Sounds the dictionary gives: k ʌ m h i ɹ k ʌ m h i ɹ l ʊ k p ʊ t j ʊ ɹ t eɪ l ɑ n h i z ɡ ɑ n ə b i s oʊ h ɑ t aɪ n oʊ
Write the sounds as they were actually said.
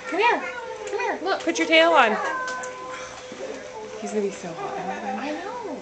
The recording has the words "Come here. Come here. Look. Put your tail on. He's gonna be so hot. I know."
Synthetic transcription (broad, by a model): k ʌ m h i ɹ k ʌ m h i ɹ l ʊ k p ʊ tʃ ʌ ɹ t eɪ l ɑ n h i z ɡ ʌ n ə b i s oʊ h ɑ aɪ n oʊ